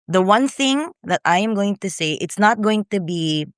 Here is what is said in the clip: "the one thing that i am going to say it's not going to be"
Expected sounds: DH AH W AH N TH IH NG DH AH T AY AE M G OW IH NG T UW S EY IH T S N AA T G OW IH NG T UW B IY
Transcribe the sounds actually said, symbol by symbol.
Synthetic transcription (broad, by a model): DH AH W AH N TH IH NG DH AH T AY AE M G OW IH NG T UW S EY IH T S N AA T G OW IH NG T UW B IY